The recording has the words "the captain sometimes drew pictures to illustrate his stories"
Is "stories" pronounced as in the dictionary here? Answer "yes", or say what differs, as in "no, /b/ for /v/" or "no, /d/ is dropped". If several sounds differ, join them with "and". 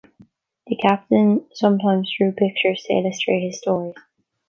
no, /z/ is dropped